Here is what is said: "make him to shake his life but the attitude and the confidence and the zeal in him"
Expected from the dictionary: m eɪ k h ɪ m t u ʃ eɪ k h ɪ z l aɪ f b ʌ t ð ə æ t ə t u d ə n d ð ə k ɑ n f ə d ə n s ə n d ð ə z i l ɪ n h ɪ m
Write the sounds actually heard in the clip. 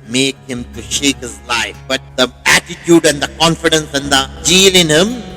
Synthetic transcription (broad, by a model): m eɪ k h ɪ m t u ʃ eɪ k h ɪ z l aɪ f b ʌ t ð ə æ t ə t u d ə n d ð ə k ɑ n f ə d ə n s ə n d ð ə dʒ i l ɪ n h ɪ m